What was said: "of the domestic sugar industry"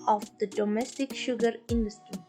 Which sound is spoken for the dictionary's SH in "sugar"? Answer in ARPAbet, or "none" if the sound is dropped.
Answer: SH